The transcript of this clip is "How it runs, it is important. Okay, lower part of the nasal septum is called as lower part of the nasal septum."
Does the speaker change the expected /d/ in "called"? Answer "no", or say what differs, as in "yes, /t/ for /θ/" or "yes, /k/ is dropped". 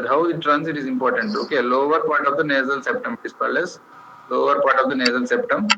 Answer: yes, /d/ is dropped